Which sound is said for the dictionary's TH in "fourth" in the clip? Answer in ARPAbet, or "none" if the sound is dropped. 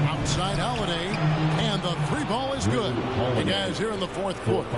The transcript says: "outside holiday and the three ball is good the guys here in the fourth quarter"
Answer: TH